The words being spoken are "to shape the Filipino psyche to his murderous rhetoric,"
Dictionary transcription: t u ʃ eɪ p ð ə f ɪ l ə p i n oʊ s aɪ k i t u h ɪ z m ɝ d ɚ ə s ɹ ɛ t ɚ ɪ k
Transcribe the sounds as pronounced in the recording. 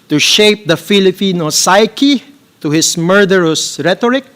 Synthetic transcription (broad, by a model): t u ʃ eɪ p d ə f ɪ l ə p i n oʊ s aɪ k i t u h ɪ s m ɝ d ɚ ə s ɹ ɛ t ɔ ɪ k